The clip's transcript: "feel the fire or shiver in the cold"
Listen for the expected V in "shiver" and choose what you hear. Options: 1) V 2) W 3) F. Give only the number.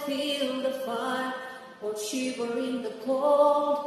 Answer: 2